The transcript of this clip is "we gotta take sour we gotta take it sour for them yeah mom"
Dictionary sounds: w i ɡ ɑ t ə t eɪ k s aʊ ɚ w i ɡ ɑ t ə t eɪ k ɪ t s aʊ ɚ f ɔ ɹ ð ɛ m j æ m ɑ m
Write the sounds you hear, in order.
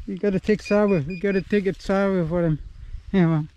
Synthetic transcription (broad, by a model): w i ɡ ɑ t ə t eɪ k s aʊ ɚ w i ɡ ɑ t ə t eɪ k ɪ t s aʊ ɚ f ɔ ɹ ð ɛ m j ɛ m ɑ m